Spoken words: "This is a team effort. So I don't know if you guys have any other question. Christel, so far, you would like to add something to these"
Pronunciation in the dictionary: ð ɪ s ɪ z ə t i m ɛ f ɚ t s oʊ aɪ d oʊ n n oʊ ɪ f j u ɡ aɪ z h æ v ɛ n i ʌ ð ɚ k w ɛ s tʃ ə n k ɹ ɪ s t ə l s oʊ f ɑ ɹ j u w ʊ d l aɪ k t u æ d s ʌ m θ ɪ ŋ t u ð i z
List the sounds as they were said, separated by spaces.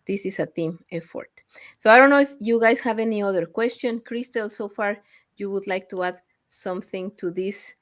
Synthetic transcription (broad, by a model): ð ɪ s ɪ s ə t i m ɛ f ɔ t s oʊ aɪ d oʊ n n oʊ ɪ f j u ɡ aɪ s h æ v ɛ n i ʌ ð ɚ k w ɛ s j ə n k ɹ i s t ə l s oʊ f ɑ ɹ j u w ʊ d l aɪ k t u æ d s ʌ m θ ɪ ŋ t u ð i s